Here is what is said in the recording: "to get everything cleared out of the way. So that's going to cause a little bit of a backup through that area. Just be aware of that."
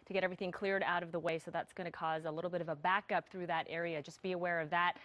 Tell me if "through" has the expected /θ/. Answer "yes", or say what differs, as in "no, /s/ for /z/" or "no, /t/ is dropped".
yes